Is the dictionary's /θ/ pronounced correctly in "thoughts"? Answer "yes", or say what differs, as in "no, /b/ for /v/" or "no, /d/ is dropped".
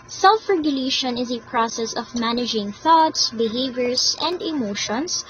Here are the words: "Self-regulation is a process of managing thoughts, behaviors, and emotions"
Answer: yes